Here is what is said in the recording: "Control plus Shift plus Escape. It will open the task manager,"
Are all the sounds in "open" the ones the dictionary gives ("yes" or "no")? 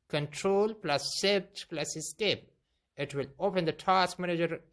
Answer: yes